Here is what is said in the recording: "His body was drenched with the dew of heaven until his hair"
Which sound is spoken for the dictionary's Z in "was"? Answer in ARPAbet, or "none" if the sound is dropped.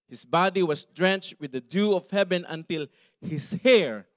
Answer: S